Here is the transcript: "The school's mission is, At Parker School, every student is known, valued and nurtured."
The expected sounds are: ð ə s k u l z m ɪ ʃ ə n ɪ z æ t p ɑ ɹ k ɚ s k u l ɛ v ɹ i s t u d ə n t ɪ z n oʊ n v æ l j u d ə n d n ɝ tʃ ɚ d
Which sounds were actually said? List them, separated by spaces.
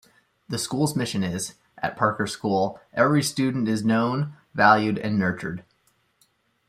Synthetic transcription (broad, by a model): ð ə s k u l z m ɪ ʃ ə n ɪ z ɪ t p ɑ ɹ k ɚ s k u l ɛ v ɹ i s t u d n t ɪ z n oʊ n v æ l j u d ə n n ɝ tʃ ɚ d